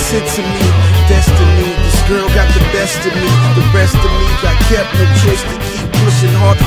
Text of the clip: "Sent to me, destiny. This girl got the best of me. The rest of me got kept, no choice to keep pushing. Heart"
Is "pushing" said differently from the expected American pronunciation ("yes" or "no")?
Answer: yes